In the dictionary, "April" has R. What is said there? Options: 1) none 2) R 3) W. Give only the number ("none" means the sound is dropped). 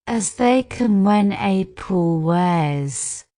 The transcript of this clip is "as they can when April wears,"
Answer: 1